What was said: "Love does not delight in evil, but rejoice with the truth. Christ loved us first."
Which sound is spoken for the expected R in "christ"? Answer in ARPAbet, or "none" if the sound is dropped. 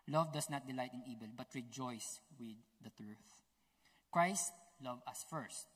R